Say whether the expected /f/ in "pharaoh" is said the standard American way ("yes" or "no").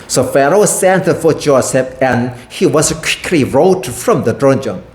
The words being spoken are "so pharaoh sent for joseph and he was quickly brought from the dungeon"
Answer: yes